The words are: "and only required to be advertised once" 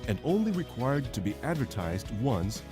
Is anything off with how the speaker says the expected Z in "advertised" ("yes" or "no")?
no